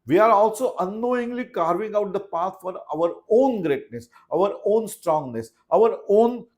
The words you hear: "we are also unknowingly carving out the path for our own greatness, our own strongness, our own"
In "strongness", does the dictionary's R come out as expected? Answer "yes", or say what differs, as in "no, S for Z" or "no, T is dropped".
yes